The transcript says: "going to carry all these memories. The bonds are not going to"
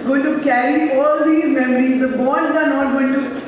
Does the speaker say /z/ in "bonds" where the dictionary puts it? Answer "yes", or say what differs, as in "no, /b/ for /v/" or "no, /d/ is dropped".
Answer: no, /z/ is dropped